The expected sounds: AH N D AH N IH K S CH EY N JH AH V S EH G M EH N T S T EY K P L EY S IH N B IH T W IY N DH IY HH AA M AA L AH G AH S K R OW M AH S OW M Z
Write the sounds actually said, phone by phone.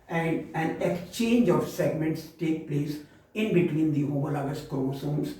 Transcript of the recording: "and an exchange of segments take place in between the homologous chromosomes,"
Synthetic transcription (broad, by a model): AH N D AH N IH K S CH EY N JH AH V S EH G M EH N T S T EY K P L EY S IH N B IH T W IY N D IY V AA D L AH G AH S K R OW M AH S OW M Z